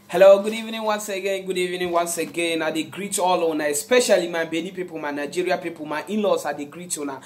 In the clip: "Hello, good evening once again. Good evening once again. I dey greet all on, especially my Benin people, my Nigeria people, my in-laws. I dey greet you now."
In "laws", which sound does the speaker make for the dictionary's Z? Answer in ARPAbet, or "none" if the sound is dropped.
S